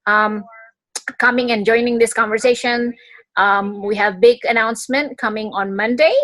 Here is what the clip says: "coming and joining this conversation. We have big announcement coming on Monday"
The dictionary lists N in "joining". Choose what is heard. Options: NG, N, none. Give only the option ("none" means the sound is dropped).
N